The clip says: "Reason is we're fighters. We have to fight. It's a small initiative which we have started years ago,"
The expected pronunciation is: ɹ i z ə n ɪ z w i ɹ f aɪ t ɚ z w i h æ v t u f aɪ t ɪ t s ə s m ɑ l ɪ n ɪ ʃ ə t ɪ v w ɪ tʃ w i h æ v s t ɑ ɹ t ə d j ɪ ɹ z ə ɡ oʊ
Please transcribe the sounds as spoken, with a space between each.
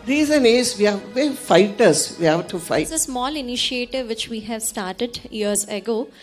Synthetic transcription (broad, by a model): ɹ i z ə n ɪ z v i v f aɪ t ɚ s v i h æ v t u f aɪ ɪ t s ə s m ɑ l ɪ n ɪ ʃ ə t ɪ v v ɪ tʃ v i h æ v s t ɑ ɹ t ə d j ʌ ɹ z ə ɡ oʊ